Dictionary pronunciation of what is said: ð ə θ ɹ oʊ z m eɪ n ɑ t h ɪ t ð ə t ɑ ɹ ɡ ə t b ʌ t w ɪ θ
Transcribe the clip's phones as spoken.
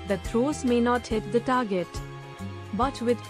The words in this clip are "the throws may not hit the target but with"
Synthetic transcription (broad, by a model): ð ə t ɹ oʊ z m eɪ n ɑ t h ɪ t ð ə t ɑ ɹ ɡ ə t b ʌ t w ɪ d